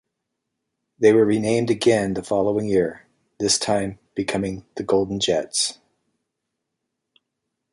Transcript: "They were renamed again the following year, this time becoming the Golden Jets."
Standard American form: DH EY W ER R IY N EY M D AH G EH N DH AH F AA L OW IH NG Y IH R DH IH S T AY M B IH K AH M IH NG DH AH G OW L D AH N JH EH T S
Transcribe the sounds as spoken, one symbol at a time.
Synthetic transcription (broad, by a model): DH EY W ER R IY N EY M D AH G EH N DH AH F AA L OW IH NG Y IH R DH IH S T AY M B IH K AH M IH NG DH AH G OW L D N JH EH T S